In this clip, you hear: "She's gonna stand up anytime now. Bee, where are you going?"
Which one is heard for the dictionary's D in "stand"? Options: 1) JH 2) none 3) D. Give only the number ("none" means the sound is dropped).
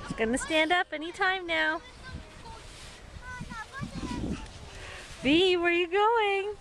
3